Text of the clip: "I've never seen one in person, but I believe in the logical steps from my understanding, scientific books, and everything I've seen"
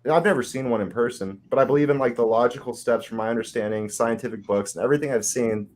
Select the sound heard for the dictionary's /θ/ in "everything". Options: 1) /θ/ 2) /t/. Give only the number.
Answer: 1